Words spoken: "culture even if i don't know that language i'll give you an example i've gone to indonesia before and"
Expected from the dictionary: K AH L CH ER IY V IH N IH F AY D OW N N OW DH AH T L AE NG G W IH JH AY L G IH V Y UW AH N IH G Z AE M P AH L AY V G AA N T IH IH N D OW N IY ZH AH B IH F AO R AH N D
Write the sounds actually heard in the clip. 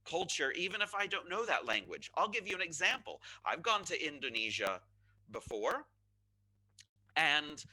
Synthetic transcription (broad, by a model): K AH L CH ER IY V IH N IH F AY D OW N N OW DH AH T L AE NG G W IH JH AY L G IH V Y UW AH N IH G Z AE M P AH L AY V G AA N T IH IH N D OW N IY ZH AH B IH F AO R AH N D